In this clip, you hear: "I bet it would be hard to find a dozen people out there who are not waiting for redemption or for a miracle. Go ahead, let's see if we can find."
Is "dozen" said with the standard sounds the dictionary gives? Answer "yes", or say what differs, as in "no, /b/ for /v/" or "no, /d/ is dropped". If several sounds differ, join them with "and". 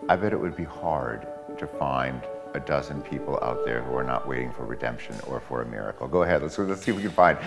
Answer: yes